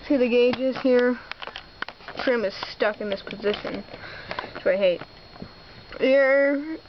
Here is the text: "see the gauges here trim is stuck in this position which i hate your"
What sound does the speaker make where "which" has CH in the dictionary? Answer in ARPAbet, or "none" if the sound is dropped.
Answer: none